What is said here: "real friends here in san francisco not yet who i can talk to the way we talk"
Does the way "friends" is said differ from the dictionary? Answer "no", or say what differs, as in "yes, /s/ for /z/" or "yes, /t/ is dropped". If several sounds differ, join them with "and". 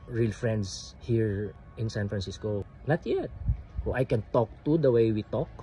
yes, /s/ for /z/